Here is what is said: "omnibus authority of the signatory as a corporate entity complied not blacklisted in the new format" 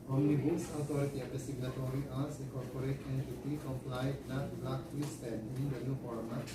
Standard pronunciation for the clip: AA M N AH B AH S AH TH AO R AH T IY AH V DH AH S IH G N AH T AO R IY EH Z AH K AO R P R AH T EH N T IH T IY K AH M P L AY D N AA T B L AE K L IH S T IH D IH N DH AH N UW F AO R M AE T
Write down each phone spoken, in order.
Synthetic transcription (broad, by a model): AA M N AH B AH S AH T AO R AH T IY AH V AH S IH G N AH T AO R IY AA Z AH K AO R P R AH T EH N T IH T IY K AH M P L AY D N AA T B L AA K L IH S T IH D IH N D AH N UW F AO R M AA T